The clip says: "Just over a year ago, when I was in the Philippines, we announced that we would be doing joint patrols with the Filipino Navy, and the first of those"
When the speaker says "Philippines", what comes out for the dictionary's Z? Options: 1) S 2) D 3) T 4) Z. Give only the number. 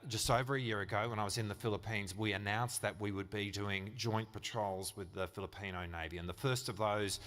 4